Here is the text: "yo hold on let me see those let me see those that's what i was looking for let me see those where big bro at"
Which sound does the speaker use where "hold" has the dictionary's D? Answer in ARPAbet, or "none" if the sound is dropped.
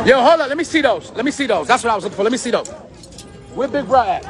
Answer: none